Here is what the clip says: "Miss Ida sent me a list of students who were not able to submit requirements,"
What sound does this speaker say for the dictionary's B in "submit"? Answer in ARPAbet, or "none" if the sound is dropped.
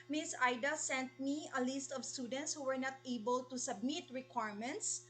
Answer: B